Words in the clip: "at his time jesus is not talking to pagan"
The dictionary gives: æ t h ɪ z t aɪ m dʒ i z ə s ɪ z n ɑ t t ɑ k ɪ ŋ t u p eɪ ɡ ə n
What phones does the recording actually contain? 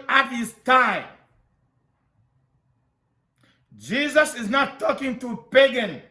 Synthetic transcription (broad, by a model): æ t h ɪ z t aɪ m dʒ i z ə s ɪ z n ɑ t t ɑ k ɪ ŋ t u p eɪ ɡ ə n